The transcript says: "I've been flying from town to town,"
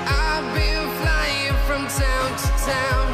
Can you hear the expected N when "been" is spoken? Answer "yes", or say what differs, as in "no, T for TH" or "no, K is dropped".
no, L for N